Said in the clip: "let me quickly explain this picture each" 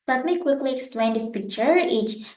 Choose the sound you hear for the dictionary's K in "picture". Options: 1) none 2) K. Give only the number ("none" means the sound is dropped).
2